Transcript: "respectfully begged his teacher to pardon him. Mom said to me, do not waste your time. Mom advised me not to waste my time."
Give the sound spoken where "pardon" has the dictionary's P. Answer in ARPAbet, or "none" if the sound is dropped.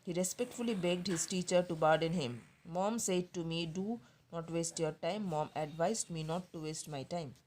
B